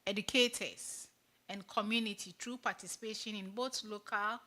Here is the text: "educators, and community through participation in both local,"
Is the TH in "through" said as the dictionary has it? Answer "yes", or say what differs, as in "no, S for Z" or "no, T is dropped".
no, T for TH